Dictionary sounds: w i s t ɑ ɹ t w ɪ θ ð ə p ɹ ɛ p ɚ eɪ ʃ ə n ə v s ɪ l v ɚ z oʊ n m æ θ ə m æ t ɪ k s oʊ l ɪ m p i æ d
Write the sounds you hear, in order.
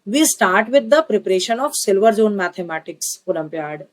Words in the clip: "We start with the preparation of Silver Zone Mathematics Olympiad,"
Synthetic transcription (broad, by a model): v i s t ɑ ɹ t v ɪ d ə p ɹ ɛ p ɚ eɪ ʃ ə n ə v s ɪ l v ɚ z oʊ n m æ t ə m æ t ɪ k s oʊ l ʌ m p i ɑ d